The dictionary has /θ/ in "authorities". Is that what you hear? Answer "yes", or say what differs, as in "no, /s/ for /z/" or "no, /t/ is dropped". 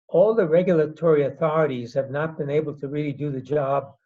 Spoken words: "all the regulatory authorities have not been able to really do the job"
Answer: yes